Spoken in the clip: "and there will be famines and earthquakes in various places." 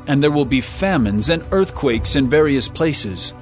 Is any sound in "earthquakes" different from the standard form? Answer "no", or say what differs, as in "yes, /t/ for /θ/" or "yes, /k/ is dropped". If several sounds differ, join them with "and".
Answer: no